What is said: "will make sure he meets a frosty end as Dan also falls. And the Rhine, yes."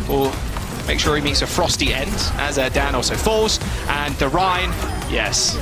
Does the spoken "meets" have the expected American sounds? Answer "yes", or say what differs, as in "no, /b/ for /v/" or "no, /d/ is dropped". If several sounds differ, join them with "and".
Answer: yes